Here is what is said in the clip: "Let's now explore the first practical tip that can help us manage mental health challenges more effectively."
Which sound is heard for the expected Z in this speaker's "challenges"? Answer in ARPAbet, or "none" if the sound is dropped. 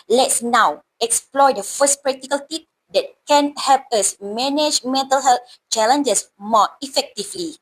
S